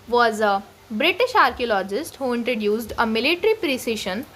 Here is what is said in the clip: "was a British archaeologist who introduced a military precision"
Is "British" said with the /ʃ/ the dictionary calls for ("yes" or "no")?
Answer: yes